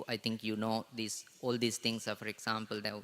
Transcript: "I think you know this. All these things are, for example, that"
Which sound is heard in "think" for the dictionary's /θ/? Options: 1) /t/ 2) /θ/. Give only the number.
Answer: 1